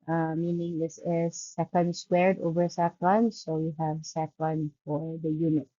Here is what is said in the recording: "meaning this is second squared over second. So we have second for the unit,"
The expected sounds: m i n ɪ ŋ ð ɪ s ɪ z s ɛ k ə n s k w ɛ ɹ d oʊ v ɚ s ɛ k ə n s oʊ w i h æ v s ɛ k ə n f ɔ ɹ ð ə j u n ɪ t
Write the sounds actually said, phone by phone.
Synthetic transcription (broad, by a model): m i n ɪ ŋ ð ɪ s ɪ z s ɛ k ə n s k w ɛ ɹ d oʊ v ɚ s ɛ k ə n s oʊ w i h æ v s ɛ k ə n f ɔ ɹ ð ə j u n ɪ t